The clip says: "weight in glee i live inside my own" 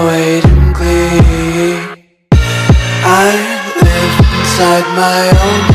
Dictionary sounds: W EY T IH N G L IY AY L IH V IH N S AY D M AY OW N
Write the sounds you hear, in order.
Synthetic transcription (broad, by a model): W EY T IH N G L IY AY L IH IH N S AY D M AY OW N